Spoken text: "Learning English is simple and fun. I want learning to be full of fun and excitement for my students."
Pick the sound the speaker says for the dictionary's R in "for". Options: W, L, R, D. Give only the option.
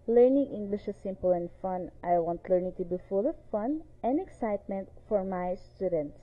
R